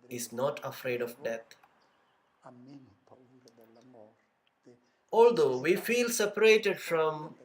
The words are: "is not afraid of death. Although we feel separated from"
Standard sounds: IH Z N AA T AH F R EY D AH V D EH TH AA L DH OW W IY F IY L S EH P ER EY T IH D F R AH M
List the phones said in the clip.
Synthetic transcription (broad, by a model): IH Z N AA T AH F R EY D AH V D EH T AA L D OW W IY F IY L S EH P ER EY T IH D F R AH M